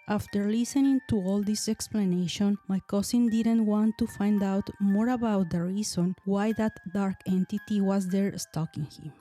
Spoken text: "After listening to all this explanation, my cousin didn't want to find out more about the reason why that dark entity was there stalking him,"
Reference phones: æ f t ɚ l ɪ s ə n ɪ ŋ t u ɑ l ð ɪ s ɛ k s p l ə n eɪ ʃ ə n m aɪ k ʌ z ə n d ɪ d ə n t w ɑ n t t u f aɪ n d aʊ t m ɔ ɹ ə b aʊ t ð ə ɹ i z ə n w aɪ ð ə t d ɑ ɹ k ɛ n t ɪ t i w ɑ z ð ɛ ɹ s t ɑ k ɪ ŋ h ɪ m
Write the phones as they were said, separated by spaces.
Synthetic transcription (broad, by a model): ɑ f t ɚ l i s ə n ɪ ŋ t u ɑ l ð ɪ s ɛ k s p l ə n eɪ ʃ ə n m aɪ k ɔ s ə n d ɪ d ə n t w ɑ n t t u f aɪ n d aʊ t m ɔ ɹ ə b aʊ t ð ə ɹ i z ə n w aɪ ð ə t d ɑ ɹ k ɛ n t ɪ t i w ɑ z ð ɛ ɹ s t ɑ k ɪ ŋ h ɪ m